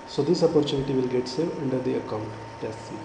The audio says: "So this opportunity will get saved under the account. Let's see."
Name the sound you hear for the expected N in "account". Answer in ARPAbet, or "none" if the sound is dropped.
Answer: N